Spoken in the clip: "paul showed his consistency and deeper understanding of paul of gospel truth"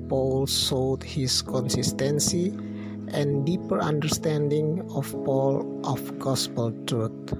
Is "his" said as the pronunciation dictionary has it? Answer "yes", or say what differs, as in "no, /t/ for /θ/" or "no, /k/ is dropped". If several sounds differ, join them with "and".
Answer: no, /s/ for /z/